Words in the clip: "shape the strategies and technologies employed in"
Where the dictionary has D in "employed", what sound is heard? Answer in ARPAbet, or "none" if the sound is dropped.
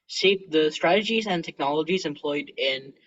D